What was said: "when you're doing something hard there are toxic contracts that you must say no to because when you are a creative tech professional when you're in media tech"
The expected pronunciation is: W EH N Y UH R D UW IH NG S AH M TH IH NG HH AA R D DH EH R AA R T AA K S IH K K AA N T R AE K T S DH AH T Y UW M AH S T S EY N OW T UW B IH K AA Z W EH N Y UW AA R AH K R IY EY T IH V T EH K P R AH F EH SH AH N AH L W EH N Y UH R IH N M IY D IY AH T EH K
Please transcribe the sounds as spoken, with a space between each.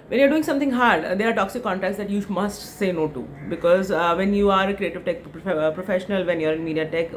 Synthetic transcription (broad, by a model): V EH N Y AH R D UW IH NG S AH M T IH NG HH AA R D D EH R AA R T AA K S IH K K AA N T R AE K T S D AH T Y UW M AH S T S EY N OW T UW B IH K AA Z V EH N Y UW AA R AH K R IY EY T IH V T EH K P R AH F EH SH AH N AH L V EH N Y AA R IH N M IY D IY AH T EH K